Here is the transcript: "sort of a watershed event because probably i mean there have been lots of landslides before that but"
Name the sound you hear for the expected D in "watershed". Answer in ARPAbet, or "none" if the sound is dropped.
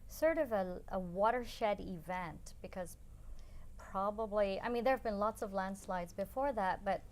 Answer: D